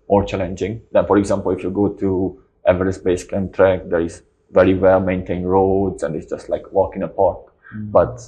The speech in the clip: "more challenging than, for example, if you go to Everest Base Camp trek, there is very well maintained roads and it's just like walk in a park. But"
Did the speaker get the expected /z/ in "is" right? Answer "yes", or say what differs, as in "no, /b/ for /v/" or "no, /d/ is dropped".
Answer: no, /s/ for /z/